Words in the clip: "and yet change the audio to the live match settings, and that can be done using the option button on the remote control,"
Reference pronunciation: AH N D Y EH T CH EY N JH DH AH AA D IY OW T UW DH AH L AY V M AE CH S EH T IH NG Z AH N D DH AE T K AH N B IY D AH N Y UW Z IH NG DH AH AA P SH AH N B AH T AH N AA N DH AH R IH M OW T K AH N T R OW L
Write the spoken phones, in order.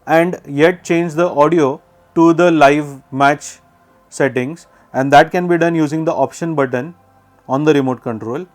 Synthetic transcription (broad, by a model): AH N D Y EH T CH EY N JH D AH AA D IY OW T UW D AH L AY V M AE CH S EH T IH NG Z AH N D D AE T K AH N B IY D AH N Y UW Z IH NG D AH AA P SH AH N B AH T AH N AA N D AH R IH M OW T K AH N T R OW L